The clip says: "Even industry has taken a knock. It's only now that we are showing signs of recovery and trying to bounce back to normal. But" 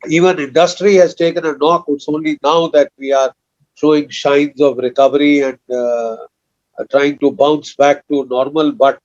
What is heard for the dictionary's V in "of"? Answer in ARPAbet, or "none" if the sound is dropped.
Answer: V